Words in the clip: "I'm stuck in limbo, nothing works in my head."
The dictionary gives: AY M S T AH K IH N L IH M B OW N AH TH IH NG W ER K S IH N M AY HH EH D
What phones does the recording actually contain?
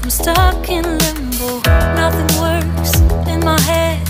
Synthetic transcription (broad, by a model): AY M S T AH K IH N L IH M B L N AH TH IH NG W ER S IH N M AY HH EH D